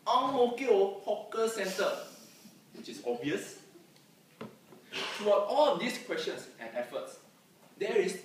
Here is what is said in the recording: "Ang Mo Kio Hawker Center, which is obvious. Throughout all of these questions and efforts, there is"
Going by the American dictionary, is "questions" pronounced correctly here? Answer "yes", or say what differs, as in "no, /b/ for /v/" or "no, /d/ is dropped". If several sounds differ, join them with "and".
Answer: no, /s/ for /z/